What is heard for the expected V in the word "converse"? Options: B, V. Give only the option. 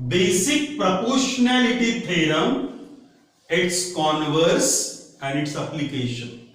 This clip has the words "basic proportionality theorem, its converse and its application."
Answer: V